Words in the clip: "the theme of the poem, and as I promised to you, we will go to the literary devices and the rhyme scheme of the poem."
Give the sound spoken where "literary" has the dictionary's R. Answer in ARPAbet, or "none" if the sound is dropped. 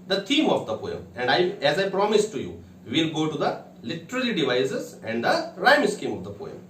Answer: L